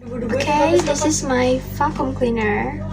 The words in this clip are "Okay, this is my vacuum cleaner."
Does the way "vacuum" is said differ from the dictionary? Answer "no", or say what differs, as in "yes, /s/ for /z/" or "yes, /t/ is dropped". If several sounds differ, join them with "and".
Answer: yes, /f/ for /v/